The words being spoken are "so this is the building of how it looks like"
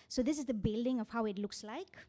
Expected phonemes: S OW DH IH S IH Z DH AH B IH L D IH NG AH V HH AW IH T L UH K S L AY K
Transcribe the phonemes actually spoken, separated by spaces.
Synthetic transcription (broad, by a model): S OW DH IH S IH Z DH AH B IH L D IH NG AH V HH AW IH T L UH K S L AY K